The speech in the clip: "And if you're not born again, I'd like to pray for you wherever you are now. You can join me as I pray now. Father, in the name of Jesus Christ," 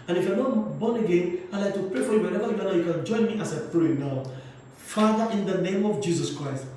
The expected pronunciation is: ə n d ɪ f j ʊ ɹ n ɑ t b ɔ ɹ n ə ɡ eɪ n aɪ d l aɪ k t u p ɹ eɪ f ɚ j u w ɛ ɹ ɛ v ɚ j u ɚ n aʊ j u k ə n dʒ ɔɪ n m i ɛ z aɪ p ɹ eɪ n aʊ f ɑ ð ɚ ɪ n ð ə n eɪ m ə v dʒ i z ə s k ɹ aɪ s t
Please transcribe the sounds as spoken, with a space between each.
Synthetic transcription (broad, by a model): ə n ɪ f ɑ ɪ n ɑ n b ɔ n ə ɡ eɪ n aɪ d l aɪ k t u p ɹ eɪ f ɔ j u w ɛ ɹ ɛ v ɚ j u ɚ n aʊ j u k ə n dʒ ɔɪ n m i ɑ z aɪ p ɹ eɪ n aʊ f ɑ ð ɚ ɪ n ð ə n eɪ m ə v dʒ i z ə s k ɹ aɪ s t